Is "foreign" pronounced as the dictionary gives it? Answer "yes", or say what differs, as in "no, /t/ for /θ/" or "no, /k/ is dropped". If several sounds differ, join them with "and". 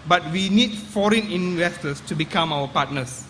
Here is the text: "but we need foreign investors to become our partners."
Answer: yes